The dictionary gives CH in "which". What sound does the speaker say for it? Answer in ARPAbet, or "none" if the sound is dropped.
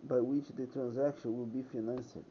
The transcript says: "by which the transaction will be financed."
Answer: CH